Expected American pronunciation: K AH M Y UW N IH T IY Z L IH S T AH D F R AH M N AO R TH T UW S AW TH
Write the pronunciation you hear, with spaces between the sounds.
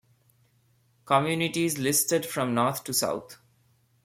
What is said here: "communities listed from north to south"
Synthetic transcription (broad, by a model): K AH M Y UW N IH T IY Z L IH S T AH D F R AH M N AO R T T UW S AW T